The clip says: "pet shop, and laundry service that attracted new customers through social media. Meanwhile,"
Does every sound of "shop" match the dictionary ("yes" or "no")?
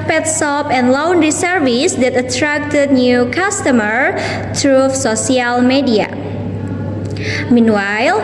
no